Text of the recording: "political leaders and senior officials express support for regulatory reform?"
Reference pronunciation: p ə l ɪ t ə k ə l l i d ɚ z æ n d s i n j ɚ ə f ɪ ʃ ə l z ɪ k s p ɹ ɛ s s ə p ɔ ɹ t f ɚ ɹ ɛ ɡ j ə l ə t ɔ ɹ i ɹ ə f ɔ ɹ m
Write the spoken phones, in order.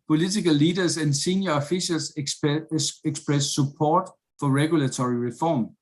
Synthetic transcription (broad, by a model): p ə l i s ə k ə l l i d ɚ s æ n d s i n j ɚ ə f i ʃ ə l s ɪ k s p ɹ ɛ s s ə p ɔ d f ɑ ɹ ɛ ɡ j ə l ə s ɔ ɹ i ɹ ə f ɔ m